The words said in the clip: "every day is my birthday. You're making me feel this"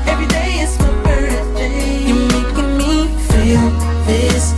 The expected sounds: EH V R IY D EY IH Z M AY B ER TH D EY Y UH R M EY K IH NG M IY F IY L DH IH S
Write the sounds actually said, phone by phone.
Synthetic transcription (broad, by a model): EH V R IY D EY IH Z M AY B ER S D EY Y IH M EY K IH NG M IY F IY L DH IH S